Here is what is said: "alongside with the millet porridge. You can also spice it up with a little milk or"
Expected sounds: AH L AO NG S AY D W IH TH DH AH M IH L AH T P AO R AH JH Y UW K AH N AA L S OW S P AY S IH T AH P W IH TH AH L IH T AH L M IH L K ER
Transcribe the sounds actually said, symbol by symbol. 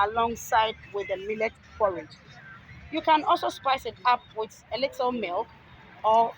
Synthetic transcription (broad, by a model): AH L AO NG S AY D W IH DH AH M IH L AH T F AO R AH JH Y UW K AH N AA L S OW S P AY S IH T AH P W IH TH AH L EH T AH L M IH L K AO